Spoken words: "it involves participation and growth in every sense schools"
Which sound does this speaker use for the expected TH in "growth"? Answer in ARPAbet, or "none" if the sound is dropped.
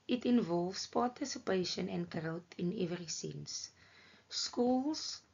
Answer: T